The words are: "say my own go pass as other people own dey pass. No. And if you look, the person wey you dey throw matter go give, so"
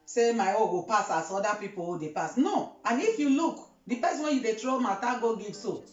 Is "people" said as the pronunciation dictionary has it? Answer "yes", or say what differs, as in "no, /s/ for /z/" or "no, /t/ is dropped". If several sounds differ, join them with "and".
no, /w/ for /l/